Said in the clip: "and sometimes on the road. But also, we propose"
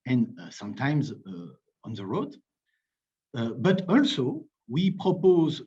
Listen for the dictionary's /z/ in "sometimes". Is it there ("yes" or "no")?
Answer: yes